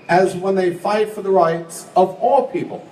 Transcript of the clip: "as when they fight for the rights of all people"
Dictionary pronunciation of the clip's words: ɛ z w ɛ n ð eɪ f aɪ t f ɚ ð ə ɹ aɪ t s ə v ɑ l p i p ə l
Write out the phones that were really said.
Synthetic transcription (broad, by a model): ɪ z w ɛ n ð eɪ f aɪ t f ɚ ð ə ɹ aɪ t s ə v ɑ l p i p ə l